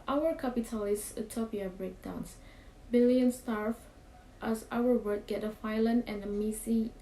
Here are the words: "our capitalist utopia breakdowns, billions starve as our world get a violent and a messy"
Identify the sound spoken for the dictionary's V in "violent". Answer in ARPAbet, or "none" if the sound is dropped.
F